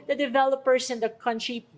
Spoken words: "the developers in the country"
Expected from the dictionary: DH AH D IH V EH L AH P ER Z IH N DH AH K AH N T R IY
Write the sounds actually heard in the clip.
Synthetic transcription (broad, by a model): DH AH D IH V EH L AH P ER S IH N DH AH K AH N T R IY